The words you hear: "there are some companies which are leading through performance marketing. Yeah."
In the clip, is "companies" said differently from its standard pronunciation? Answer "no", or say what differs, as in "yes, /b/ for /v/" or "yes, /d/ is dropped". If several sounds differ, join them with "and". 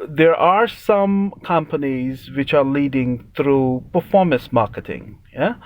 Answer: no